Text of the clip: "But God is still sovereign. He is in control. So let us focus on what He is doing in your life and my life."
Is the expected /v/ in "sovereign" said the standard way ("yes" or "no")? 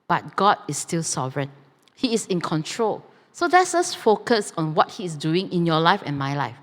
yes